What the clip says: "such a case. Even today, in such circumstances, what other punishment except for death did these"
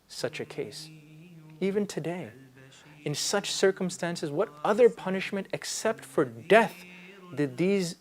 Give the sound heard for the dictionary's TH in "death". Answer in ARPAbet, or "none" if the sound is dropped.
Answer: TH